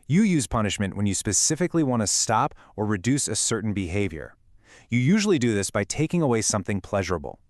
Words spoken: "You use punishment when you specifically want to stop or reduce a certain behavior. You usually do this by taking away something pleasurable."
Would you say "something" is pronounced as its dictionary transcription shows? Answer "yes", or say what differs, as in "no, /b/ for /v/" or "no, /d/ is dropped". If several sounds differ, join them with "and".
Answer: yes